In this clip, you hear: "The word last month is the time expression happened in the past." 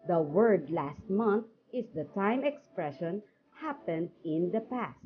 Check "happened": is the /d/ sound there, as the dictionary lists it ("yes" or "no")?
yes